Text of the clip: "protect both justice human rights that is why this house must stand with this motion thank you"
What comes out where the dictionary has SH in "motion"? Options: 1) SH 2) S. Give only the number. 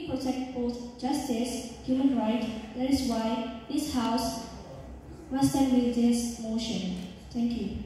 1